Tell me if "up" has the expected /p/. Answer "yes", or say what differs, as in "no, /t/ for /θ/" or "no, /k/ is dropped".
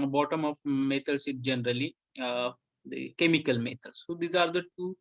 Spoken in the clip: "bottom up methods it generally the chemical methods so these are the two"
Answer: no, /f/ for /p/